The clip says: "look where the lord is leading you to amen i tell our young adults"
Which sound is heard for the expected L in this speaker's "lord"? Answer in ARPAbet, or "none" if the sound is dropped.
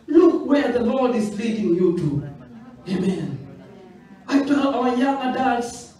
L